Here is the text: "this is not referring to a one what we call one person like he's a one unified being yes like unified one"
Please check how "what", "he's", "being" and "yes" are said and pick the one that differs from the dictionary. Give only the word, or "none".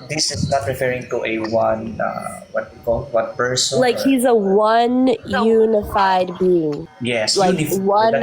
none